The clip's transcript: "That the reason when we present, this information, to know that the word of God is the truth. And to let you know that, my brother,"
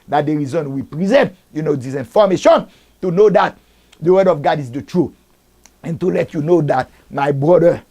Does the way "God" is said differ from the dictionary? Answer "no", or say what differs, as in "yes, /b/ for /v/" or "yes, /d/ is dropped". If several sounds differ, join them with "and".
no